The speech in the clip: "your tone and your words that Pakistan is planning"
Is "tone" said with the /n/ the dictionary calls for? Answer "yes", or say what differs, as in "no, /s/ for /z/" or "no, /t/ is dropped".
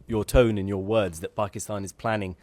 yes